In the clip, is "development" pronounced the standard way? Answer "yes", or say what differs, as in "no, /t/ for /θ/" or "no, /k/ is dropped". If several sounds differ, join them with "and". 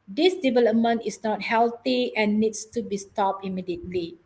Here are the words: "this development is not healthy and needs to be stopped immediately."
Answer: yes